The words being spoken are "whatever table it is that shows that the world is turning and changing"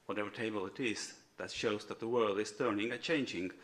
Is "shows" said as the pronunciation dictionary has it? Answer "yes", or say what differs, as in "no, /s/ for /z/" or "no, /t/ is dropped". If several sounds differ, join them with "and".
yes